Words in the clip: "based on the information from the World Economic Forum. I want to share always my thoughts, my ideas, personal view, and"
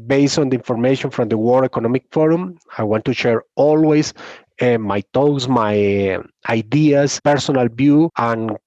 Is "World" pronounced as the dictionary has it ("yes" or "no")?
no